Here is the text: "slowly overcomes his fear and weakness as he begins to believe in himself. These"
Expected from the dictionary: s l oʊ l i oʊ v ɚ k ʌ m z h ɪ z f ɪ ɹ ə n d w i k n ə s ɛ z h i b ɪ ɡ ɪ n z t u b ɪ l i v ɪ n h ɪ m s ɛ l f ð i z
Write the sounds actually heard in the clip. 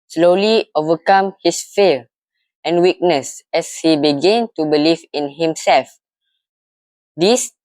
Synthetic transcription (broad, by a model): s l oʊ l i oʊ v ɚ k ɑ m h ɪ s f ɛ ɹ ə n w i k n ə s ɛ s h i b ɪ ɡ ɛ n t u b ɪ l i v ɪ n h ɪ m s ɛ l f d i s